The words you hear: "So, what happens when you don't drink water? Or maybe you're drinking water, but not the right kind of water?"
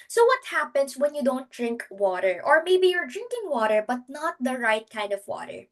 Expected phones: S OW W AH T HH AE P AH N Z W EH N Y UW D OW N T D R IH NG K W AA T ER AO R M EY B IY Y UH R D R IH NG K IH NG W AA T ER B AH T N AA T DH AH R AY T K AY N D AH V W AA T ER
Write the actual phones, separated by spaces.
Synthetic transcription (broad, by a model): S OW W AH T HH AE P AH N S W EH N Y UW D OW N T D R IH NG K W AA T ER AO R M EY B IY Y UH R D R IH NG K IH NG W AA T ER B AH T N AA T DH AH R AY T K AY N D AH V W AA T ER